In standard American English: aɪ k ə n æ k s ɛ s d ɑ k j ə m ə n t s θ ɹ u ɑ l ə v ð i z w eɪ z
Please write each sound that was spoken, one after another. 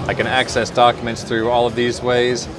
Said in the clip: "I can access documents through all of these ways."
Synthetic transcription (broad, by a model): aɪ k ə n æ k s ɛ s d ɑ k j ə m ə n t s θ ɹ u ɑ l ə v ð i z w eɪ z